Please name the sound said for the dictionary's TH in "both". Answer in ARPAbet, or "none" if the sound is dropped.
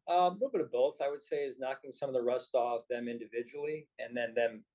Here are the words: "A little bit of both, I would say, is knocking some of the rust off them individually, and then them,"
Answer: TH